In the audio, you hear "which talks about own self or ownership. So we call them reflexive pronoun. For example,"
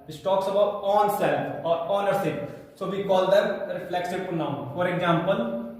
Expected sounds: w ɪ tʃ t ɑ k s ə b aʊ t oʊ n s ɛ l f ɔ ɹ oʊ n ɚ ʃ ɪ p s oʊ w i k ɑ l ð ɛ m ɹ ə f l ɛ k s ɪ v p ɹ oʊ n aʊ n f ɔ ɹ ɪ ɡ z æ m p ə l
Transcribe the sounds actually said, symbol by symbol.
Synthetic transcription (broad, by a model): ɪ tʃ t ɑ k s ə b aʊ t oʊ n s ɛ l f ɔ ɹ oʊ n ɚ s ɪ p s oʊ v i k ɑ l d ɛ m ɹ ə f l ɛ k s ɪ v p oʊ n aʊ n f ɔ ɹ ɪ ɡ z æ m p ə l